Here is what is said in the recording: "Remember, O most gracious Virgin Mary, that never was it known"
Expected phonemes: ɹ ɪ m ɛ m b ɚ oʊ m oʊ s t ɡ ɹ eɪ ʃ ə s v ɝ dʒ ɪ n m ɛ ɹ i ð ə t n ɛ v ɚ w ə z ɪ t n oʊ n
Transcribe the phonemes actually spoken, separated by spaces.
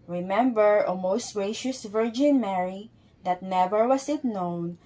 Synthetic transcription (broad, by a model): ɹ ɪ m ɛ m b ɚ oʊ m oʊ s t ɡ ɹ eɪ ʃ ə s v ɝ dʒ ɪ n m ɛ ɹ i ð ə t n ɛ v ɚ w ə s ɪ t n oʊ n